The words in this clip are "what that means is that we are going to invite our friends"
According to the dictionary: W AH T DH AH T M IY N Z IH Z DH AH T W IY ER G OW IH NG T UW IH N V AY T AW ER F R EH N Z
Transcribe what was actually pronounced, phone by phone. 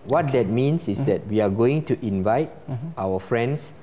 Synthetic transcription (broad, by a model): W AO T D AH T M IY N S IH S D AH T W IY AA G OW IH NG T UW IH N V AY T AW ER F R EH N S